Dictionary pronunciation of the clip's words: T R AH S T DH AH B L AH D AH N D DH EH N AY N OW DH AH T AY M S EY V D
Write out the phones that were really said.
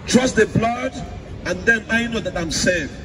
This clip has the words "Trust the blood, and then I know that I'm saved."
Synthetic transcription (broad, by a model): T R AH S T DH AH B L AH D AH N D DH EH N AY N OW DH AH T AY M S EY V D